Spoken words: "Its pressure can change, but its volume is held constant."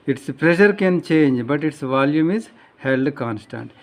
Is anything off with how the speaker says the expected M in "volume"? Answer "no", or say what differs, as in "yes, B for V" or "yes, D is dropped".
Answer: no